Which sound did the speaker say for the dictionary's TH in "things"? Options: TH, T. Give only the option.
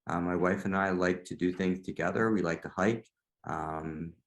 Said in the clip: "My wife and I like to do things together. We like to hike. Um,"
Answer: TH